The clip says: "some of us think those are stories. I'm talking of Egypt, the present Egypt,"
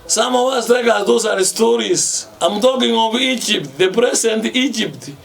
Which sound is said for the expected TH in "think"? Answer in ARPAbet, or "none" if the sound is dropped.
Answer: T